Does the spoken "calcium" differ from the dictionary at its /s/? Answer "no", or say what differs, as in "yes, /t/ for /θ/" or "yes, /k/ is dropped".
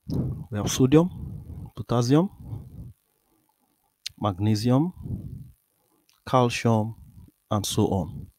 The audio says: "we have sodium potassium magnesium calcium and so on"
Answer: yes, /ʃ/ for /s/